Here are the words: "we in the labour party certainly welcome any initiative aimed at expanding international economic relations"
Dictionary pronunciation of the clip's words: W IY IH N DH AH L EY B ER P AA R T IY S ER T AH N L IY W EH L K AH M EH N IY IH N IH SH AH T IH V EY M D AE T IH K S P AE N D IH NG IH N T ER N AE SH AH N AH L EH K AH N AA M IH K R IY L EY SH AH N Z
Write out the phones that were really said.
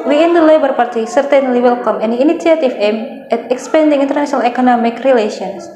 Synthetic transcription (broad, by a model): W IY IH N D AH L EY B ER P AA R T IY S ER T AH N L IY W EH L K AH M EH N IY N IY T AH T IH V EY M EH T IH K S P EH N D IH NG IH N T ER N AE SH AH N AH L EH K AH N AA M IH K R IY L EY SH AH N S